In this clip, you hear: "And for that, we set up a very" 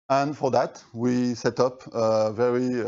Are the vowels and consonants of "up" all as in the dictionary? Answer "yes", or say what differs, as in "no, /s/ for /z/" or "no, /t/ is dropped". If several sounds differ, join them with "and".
yes